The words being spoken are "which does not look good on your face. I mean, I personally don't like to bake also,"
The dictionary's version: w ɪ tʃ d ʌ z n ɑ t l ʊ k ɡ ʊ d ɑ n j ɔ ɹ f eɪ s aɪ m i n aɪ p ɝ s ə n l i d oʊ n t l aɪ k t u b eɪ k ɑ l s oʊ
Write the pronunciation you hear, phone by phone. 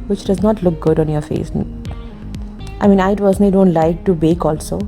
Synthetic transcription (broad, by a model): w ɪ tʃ d ʌ z n ɑ t l ʊ k ɡ ʊ d ɑ n j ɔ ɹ f eɪ s aɪ m i n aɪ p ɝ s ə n i d oʊ n t l aɪ k t u b eɪ k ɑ l s oʊ